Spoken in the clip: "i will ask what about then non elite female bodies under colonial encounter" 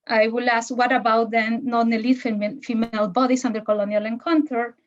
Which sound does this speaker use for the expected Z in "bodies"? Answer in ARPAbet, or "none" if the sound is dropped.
S